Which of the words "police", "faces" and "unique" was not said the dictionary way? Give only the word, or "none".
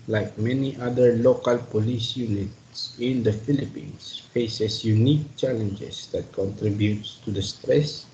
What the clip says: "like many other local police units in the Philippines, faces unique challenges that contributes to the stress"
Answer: faces